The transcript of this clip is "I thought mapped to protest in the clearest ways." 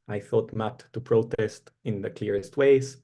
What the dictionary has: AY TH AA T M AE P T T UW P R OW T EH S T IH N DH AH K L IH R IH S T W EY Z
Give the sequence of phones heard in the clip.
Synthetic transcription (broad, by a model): AY TH AA T M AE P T T UW P R OW T EH S T IH N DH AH K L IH R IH S T W EY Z